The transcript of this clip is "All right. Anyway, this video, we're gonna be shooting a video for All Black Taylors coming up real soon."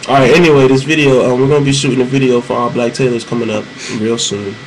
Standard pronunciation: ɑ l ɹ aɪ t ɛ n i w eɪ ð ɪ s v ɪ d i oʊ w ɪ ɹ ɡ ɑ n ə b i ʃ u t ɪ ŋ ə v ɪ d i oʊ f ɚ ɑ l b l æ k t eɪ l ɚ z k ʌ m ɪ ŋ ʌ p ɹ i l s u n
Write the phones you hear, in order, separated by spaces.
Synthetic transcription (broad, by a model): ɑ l ɹ aɪ t ɛ n i w eɪ ð ɪ s v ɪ d i oʊ w ɪ ɹ ɡ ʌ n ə b i ʃ u t ɪ ŋ ə v ɪ d i oʊ f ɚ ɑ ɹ b l æ k t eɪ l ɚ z k ʌ m ɪ ŋ ʌ p ɹ i l s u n